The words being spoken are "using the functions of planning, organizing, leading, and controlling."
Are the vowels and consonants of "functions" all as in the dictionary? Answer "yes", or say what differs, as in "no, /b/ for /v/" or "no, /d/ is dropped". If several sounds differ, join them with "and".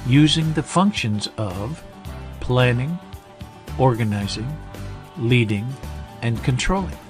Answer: yes